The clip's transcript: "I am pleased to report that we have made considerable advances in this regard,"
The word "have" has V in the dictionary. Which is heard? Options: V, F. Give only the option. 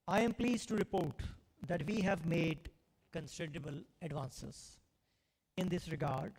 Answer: V